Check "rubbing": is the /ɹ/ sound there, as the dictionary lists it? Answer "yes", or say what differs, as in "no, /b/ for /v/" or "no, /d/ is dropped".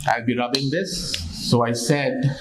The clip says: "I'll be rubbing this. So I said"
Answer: no, /l/ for /ɹ/